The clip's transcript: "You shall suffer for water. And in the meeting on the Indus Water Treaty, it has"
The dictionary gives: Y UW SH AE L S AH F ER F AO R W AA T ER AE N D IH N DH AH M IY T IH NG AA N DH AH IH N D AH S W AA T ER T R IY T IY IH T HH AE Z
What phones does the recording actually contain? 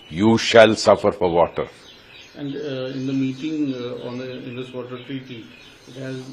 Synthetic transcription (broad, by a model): Y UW SH AE L S AH F ER F AO R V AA T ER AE N D IH N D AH M IY T IH NG AA N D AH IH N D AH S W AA T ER T R IY T IY IH T HH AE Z